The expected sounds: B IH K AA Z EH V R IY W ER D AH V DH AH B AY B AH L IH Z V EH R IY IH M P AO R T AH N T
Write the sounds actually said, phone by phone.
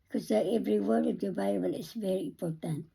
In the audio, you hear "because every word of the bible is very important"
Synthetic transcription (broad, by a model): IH K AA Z EH V R IY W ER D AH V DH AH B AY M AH N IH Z V EH R IY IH M P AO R T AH N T